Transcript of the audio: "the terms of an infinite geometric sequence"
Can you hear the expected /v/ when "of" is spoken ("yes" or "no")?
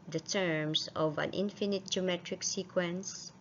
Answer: yes